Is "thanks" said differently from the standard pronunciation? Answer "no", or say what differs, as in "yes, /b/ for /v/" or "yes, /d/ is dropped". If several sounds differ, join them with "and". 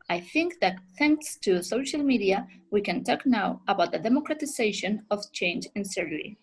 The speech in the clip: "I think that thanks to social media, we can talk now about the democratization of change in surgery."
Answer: no